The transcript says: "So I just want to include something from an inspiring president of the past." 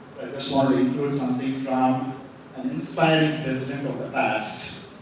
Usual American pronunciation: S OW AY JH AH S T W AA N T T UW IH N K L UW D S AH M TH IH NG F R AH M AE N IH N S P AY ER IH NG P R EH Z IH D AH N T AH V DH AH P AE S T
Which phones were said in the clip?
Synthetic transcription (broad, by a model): S OW AY JH AH S T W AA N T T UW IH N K L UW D S AH M T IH NG F R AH M AE N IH N S P AY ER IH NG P R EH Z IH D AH N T AH V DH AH P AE S T